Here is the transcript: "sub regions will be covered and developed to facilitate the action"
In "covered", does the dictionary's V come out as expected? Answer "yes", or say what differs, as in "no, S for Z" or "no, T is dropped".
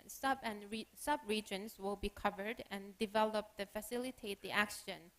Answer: yes